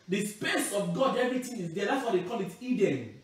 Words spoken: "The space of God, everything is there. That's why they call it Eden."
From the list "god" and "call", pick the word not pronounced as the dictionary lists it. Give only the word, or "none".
none